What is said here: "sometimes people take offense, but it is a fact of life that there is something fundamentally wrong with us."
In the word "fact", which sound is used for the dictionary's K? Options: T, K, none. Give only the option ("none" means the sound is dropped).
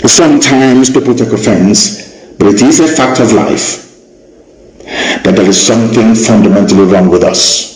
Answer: K